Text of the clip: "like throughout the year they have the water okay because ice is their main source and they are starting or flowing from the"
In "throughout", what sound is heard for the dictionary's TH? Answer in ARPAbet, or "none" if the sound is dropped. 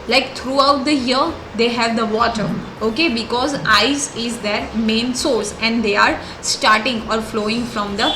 T